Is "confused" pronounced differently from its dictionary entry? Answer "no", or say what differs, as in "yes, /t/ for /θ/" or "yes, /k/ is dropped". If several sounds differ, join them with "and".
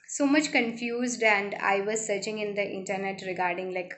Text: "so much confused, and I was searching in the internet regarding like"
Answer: no